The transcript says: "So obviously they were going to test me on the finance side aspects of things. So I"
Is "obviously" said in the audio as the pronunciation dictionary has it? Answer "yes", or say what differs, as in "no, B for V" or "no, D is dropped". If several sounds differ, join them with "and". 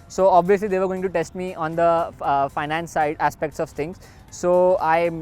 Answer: yes